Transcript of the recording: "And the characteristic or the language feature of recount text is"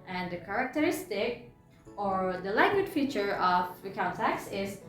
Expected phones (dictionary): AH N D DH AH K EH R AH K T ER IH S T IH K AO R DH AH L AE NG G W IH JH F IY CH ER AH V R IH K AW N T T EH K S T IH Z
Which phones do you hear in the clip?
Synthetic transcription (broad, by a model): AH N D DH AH K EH R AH K T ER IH S T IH K AO R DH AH L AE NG G W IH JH F IY CH ER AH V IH K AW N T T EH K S IH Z